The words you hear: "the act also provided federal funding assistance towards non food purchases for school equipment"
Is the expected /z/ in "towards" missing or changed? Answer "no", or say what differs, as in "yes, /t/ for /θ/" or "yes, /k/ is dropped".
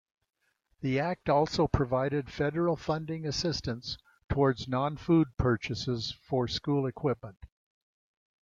no